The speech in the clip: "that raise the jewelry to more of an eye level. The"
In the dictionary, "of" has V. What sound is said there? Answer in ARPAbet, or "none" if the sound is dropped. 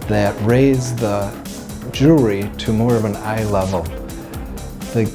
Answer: V